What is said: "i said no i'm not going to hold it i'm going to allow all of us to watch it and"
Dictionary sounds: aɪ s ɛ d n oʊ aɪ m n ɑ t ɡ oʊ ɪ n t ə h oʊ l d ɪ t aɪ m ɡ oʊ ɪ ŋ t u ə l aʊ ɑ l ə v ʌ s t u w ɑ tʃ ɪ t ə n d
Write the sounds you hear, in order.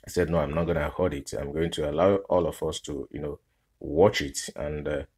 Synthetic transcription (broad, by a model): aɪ s ɛ d n oʊ aɪ m n ɑ t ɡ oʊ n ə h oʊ d ɪ t aɪ m ɡ oʊ ɪ ŋ t u ə l aʊ ɑ l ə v ʌ s t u w ɑ tʃ ɪ t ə n d